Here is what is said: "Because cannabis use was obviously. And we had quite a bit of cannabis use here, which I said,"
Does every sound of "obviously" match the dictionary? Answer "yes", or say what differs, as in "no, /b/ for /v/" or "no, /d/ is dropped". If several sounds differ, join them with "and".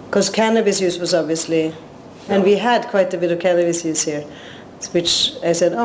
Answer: yes